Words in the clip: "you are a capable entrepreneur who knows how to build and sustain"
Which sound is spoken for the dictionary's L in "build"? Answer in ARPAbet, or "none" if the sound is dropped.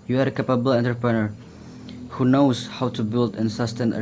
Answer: L